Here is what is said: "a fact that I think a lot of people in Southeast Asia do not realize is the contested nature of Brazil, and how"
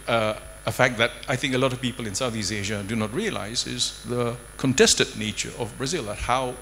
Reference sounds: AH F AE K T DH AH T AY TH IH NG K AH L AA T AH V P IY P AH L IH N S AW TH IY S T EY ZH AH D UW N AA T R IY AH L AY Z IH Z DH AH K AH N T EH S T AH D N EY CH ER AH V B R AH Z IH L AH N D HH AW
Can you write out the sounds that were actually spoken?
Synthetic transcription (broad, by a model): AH F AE K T DH AH T AY TH IH NG K AH L AA T AH V P IY P L IH N S AW TH IY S EY ZH AH D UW N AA T R IY AH L AY Z IH Z DH AH K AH N T EH S T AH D N EY CH ER AH V B R AH Z IH L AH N HH AW